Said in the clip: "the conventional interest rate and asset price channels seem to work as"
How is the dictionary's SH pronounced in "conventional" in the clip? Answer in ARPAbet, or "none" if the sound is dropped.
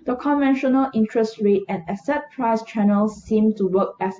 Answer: SH